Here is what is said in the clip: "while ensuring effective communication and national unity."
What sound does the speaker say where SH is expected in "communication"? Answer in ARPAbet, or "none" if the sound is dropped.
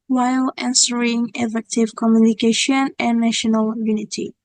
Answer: SH